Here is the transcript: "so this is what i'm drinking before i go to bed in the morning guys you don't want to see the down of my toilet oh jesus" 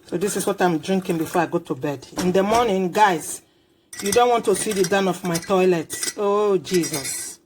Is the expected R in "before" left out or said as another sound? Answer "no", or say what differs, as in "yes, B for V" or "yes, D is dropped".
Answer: no